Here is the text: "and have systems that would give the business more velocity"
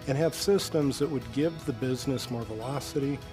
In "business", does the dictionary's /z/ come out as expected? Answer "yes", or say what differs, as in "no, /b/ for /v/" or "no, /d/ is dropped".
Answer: yes